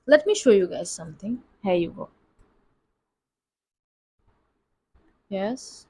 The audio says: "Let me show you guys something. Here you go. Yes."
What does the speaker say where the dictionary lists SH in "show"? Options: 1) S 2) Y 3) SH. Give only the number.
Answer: 3